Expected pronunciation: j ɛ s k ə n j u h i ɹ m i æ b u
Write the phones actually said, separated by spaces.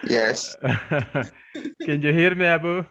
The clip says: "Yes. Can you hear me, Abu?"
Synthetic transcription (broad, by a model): j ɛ s k ə n j u h i ɹ m i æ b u